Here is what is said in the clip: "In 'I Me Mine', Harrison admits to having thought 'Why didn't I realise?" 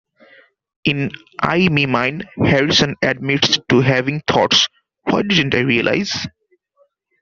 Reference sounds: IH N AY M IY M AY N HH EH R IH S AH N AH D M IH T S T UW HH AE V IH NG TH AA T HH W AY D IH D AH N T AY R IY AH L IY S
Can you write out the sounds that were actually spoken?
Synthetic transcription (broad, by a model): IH N AY M IY M AY N HH EH R IH S AH N AH D M IH T S T UW HH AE V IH NG T AA T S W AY D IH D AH N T AY R IY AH L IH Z